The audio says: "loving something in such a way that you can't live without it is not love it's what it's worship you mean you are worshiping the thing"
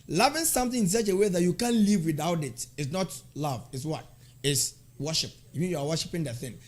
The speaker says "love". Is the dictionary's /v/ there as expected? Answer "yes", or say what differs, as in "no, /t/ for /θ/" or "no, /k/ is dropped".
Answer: yes